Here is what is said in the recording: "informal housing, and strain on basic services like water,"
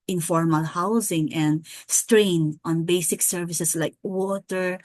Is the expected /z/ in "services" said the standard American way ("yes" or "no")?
no